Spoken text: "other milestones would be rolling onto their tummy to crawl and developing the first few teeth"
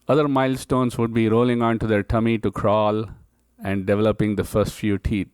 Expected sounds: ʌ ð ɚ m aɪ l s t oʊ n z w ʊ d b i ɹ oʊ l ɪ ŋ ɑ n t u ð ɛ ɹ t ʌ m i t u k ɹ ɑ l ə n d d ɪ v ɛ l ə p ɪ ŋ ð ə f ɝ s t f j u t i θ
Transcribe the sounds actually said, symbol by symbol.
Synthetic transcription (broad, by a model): ʌ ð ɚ m aɪ l s t oʊ n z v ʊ d b i ɹ oʊ l ɪ ŋ ɑ n t u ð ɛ ɹ t ʌ m i t u k ɹ ɑ l ə n d d ɪ v ɛ l ə p ɪ ŋ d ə f ɝ s t f j u t i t